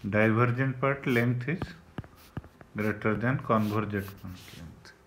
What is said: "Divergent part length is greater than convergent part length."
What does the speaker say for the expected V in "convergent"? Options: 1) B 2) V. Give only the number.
1